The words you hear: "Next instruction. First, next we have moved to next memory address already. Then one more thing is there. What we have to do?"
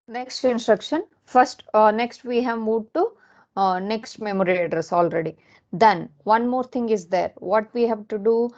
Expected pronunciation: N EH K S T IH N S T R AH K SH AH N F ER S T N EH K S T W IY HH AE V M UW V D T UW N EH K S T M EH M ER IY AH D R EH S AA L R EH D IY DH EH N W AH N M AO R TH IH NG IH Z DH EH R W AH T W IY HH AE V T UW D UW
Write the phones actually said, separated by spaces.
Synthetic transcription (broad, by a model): N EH K S T IH N S T R AH K SH AH N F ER S T N EH K S T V IY HH AE V M UW D T UW N EH K S T M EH M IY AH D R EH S AA L R EH D IY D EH N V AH N M AO R T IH NG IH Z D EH R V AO T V IY HH AE V T UW D UW